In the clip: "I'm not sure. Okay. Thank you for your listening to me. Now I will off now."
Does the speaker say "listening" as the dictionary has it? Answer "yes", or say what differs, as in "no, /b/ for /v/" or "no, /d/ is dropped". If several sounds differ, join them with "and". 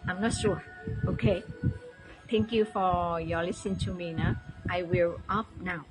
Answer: no, /n/ is dropped